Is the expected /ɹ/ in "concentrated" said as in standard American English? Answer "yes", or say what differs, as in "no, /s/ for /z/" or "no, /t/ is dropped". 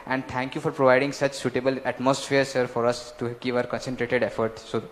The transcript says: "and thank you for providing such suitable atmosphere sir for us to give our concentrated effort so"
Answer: yes